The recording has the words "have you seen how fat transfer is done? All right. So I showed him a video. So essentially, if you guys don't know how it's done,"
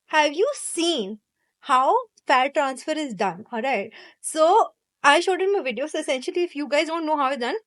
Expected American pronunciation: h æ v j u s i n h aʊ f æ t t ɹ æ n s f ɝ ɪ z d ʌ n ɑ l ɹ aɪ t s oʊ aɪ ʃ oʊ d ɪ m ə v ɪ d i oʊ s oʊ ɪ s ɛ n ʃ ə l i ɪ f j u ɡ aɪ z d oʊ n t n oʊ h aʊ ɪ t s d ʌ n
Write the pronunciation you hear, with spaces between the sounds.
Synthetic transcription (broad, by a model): h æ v j u s i n h aʊ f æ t t ɹ æ n s f ɝ ɪ z d ʌ n ɑ l ɹ aɪ t s oʊ aɪ ʃ oʊ d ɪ m ə v ɪ d i oʊ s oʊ ɪ s ɛ n ʃ ə l i ɪ f j u ɡ aɪ z d oʊ n t n oʊ h aʊ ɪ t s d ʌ n